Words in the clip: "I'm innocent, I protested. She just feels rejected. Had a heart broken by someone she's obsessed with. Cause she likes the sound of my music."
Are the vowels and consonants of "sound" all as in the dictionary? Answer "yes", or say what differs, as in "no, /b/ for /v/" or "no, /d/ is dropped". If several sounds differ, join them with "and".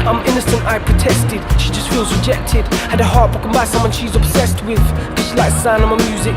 no, /d/ is dropped